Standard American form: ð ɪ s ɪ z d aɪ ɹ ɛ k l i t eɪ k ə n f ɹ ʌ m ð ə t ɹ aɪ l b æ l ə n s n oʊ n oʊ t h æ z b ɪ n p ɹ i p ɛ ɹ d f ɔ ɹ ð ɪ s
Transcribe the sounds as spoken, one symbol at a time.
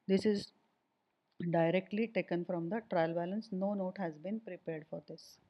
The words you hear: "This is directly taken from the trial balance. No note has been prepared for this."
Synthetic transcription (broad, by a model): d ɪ s ɪ z d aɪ ɹ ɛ k l i t eɪ k ə n f ɹ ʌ m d ə t ɹ aɪ l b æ l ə n s n oʊ n oʊ t h æ z b ɪ n p ɹ i p ɛ ɹ d f ɔ ɹ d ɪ s